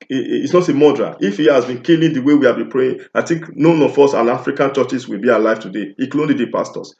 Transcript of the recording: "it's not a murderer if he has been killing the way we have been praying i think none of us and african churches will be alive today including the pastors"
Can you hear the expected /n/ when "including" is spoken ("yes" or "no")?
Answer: no